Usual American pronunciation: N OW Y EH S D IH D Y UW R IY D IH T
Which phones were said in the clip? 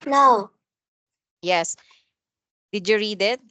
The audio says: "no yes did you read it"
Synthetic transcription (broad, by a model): N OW Y EH S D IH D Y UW R IY D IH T